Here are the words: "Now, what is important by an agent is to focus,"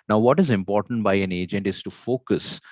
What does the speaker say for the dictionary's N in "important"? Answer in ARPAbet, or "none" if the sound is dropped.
N